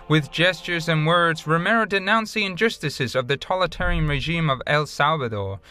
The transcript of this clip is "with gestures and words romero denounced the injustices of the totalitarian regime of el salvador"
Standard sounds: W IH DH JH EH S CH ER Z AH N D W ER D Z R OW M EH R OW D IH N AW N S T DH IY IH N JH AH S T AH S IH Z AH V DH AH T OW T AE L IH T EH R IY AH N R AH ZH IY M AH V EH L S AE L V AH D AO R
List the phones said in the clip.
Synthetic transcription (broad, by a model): W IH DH JH EH S CH ER Z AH N W ER D Z R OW M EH R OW D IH N AW N S DH IY IH N JH AH S T AH S IH Z AH V DH AH T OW L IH T EH R IY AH N R AH ZH IY M AH V EH L S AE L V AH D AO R